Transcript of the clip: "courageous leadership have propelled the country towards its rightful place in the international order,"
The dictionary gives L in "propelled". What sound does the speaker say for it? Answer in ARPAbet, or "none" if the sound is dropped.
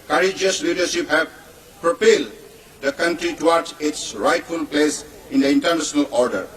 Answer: L